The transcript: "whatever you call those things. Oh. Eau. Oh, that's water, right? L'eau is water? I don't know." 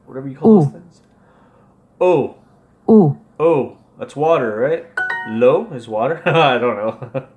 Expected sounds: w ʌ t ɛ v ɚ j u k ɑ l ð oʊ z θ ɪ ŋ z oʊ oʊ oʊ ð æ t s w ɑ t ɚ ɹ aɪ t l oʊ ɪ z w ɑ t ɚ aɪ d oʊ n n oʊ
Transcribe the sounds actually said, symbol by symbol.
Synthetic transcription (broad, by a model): w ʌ t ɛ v ɚ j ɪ k ɑ l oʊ θ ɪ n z oʊ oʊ oʊ ð æ t s w ɑ t ɚ ɹ aɪ t l oʊ ɪ z w ɑ t ɚ aɪ d oʊ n n oʊ